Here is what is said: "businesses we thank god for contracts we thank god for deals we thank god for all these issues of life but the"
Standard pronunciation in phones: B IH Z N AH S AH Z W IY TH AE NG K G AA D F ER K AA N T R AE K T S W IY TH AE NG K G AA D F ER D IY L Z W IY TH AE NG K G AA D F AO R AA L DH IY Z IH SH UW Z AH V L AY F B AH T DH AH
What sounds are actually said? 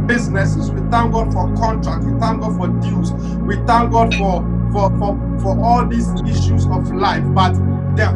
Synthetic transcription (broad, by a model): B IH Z N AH S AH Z W IY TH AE NG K G AA D F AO K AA N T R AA K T W IY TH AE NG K G AA D F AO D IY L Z W IY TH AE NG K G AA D F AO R AA L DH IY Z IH SH UW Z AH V L AY F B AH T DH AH